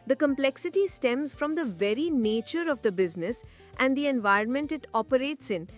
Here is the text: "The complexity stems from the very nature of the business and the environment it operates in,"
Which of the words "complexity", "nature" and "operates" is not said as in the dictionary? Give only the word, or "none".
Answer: none